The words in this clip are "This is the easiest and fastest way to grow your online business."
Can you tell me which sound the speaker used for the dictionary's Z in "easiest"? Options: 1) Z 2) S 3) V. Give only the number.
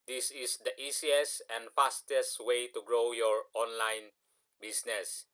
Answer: 2